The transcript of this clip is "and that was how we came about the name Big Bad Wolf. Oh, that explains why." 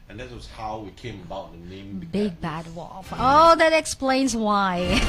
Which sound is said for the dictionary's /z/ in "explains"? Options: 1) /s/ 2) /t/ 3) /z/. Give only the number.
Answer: 3